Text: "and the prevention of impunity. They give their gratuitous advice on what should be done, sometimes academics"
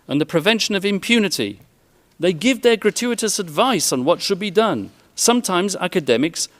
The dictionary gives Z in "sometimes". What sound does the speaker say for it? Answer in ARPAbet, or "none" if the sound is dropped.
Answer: Z